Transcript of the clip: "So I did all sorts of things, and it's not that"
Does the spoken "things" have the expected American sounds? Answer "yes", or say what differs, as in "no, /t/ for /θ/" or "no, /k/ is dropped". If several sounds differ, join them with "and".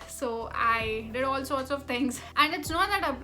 no, /t/ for /θ/